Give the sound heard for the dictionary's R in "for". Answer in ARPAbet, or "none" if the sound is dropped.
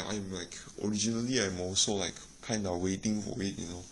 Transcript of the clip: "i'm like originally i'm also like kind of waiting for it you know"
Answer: W